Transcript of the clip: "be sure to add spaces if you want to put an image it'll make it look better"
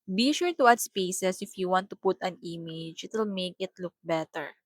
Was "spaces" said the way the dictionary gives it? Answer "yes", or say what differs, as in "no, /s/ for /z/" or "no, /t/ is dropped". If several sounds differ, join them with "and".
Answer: no, /s/ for /z/